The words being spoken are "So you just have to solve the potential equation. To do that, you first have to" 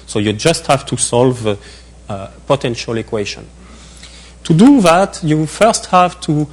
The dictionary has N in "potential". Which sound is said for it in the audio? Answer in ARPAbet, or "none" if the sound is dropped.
N